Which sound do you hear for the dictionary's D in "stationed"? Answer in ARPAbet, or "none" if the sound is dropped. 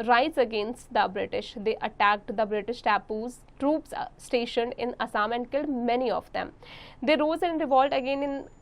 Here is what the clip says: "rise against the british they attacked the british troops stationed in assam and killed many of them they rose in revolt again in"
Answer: D